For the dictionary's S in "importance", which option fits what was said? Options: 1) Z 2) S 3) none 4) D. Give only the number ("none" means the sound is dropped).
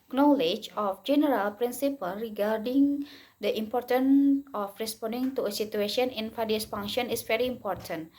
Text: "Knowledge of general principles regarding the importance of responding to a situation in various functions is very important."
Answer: 3